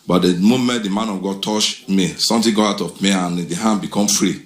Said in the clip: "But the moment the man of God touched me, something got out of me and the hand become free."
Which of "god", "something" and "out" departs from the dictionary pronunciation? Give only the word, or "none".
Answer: something